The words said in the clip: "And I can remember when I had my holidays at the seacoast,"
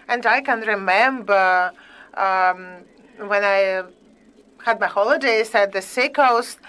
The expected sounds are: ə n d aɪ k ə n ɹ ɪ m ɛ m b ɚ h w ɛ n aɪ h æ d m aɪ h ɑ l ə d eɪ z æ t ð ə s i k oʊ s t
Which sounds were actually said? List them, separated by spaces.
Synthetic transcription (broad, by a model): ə n d aɪ k ə n ɹ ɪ m ɛ m b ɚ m w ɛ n aɪ h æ d m aɪ h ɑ l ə d eɪ s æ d ð ə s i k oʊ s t